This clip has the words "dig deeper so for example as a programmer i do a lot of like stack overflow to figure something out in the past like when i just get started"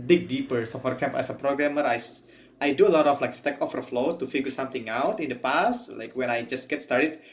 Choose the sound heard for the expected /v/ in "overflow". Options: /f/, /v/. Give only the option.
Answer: /f/